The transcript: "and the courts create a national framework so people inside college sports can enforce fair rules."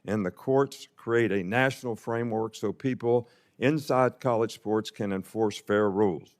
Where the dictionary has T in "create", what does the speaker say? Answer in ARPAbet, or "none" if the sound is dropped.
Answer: T